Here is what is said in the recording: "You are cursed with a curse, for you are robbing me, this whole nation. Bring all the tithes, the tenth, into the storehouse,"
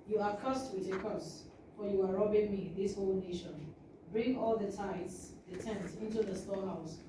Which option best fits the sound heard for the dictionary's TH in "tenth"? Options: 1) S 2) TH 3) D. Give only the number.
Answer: 1